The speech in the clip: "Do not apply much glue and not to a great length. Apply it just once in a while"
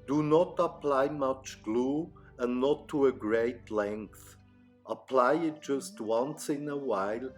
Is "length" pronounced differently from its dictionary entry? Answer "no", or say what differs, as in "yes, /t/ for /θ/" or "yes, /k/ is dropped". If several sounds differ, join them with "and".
no